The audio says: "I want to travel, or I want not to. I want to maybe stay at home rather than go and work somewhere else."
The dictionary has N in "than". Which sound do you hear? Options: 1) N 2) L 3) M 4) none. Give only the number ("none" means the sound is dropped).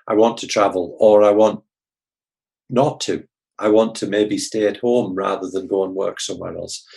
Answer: 1